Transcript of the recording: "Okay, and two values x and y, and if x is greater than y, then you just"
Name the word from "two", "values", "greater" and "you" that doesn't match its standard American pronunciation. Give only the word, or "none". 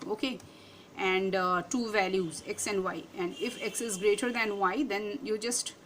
none